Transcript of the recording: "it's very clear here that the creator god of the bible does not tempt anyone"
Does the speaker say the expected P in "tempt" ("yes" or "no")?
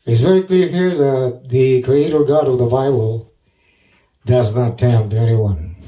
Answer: no